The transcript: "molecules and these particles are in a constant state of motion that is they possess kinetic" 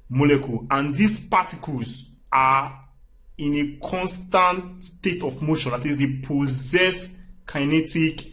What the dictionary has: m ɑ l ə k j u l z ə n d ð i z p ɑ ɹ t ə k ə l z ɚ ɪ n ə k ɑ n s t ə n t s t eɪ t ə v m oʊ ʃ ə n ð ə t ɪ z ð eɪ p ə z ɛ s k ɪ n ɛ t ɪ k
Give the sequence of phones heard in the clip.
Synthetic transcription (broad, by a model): m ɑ l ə k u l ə n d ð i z p ɑ t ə k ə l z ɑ ɪ n ə k ɑ n s t ə n t s t eɪ t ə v m oʊ ʃ ə n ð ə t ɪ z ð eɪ p ə z ɛ s k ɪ n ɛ t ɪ k